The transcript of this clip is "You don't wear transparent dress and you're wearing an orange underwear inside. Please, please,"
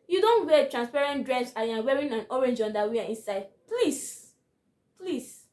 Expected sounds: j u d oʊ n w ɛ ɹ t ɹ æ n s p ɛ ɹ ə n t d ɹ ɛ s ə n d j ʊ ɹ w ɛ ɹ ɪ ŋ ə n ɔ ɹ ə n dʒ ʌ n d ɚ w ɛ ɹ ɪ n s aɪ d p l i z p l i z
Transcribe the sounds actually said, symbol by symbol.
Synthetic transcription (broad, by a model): j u d oʊ n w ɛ t ɹ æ n s p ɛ ɹ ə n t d ɹ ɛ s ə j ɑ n w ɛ ɹ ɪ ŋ ə n ɔ ɹ ə n dʒ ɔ n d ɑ w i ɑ ɪ n s aɪ d p l i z p l i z